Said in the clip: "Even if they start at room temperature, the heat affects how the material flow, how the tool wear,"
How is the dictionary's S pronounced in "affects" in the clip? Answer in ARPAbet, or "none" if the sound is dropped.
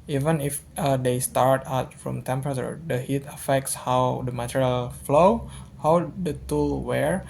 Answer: S